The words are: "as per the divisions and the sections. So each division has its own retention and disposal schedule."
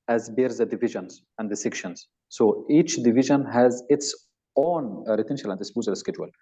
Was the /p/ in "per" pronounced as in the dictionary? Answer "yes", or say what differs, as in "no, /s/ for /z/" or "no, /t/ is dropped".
no, /b/ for /p/